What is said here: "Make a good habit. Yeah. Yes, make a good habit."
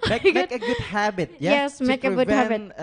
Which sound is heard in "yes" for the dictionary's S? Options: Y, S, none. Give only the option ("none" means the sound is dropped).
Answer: S